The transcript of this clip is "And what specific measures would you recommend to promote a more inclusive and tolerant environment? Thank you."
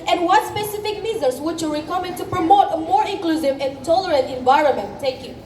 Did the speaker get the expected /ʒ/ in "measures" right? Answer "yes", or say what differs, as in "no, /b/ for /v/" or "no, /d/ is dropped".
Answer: no, /z/ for /ʒ/